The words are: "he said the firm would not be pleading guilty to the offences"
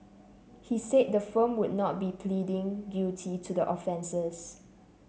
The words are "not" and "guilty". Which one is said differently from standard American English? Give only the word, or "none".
guilty